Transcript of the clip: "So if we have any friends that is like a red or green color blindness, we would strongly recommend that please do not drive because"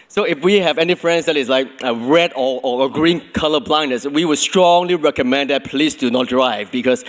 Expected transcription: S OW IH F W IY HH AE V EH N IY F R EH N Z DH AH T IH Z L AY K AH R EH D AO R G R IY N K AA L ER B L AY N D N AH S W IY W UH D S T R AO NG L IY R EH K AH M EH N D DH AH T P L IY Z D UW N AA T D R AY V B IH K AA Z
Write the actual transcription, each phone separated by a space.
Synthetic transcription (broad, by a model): S OW IH F W IY HH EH V EH N IY F R EH N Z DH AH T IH S L AY K AH R EH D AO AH G R IY N K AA L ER B L AY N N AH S W IY W UH D S T R AO NG L IY R EH K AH M EH N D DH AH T P L IY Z D UW N AA T D R AY V B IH K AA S